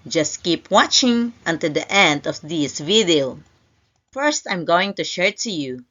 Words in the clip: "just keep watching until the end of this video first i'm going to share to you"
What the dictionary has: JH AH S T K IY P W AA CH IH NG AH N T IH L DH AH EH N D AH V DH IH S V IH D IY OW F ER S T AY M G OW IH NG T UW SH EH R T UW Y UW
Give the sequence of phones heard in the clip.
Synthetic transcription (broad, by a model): JH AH S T K IY P W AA CH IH NG AH N T IH L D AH EH N D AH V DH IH S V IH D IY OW F ER S T AY M G OW IH NG T UW SH EH R T UW Y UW